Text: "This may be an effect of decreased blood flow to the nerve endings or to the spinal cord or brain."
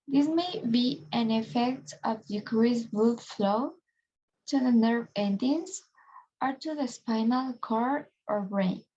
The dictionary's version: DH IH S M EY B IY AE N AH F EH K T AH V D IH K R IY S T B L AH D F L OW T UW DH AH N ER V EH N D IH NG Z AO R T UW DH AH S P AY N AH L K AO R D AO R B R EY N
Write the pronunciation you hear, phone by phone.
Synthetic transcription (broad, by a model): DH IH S M EY B IY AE N AH F EH K T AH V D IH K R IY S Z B UW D F L OW T UW DH AH N ER V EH N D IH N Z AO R T UW DH AH S P AY N AH L K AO R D AO R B R EY N